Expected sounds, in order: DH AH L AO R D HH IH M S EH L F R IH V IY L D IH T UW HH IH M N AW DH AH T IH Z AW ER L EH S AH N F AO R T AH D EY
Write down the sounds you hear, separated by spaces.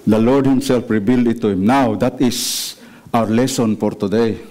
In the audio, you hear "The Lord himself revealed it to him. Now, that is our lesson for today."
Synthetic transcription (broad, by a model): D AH L AO R D HH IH M S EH L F R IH B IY L D IH T UW HH IH M N AW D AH T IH S AW ER L EH S AH N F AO R T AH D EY